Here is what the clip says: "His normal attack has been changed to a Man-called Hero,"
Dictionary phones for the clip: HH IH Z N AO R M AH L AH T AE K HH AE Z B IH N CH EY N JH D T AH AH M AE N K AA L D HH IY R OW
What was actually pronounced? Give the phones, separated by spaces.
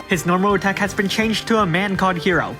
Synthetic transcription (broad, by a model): HH IH Z N AO R M AH L AH T AE K HH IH Z B IH N CH EY N JH T AH AH M AE N K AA D HH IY R OW